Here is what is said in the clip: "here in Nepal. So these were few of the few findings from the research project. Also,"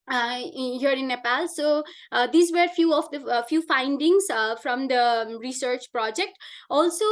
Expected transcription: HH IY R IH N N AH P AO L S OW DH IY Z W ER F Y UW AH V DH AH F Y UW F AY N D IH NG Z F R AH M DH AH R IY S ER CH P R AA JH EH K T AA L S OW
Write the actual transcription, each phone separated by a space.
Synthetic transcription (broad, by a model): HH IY R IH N N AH P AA L S OW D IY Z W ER F Y UW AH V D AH F Y UW F AY N D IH NG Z F R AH M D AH R IY S ER CH P R AA JH EH K T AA L S OW